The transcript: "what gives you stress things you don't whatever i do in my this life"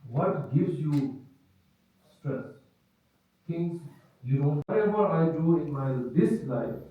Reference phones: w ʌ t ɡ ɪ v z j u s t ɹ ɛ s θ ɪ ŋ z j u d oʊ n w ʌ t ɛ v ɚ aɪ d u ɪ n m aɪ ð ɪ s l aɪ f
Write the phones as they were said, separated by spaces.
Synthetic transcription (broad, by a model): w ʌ t ɡ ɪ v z j u s t ɹ ɛ s t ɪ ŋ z j u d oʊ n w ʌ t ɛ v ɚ aɪ d u ɪ n m aɪ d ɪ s l aɪ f